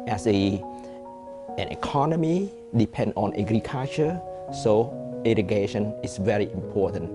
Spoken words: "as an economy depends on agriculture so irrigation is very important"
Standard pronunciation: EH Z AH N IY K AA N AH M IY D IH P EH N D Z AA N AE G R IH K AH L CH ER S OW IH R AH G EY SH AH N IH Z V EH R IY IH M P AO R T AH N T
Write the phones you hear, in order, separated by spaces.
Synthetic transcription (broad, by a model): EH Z AH N IY K AA N AH M IY D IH P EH N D AA N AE G R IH K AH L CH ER S OW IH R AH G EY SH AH N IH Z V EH R IY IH M P AO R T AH N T